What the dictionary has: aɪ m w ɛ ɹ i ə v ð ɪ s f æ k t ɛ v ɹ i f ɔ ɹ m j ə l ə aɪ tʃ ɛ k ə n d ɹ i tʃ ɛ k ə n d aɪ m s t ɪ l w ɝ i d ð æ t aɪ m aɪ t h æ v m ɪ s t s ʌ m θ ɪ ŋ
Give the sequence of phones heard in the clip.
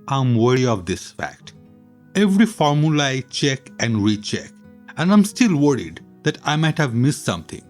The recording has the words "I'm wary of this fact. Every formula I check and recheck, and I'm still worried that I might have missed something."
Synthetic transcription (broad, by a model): aɪ m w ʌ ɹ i ə v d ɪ s f æ k t ɛ v ɹ i f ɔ ɹ m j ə l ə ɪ tʃ ɛ k ə n d ɹ i tʃ ɛ k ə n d aɪ m s t ɪ l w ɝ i d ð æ t aɪ m aɪ t h æ v m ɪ s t s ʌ m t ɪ ŋ